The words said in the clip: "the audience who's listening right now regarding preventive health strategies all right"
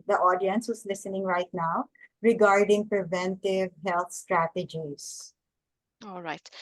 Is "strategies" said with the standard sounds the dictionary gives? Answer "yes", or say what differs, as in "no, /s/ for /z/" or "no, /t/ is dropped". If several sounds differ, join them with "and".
no, /s/ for /z/